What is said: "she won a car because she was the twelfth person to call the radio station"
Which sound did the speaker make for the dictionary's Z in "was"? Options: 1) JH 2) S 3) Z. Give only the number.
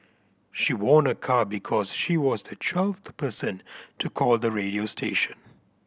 3